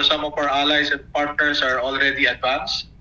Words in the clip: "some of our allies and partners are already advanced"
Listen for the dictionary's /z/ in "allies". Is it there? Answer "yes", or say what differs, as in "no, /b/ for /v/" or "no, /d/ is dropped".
no, /s/ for /z/